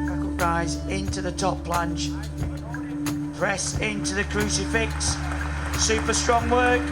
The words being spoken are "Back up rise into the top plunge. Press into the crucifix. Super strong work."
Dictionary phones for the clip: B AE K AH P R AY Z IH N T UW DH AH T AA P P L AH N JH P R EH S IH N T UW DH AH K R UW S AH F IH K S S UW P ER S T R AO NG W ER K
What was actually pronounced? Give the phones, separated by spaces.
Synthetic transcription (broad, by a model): R AY Z IH N T UW DH AH T AA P P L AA N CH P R EH S IH N T UW DH AH K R UW S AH F IH K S S UW P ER S T R AO NG W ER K